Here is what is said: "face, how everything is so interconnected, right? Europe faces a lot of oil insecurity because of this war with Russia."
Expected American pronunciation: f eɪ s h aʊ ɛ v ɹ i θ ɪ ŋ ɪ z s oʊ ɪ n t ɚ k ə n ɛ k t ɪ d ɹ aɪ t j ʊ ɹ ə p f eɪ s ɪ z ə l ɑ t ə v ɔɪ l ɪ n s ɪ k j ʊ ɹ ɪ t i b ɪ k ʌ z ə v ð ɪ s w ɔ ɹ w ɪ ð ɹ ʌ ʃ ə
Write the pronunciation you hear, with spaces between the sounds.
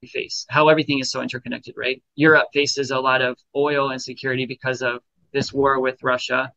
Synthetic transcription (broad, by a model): f eɪ s h aʊ ɛ v ɹ i θ ɪ ŋ ɪ z s oʊ ɪ n t ɚ k ə n ɛ k t ɪ d ɹ aɪ t j ʊ ɹ ə p f eɪ s ɪ z ə l ɑ t ə v ɔɪ l ɪ n s ɪ k j ʊ ɹ ɪ t i b ɪ k ʌ z ə v ð ɪ s w ɔ ɹ w ɪ ð ɹ ʌ ʃ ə